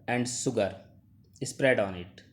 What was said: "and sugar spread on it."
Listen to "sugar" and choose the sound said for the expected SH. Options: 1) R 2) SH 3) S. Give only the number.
3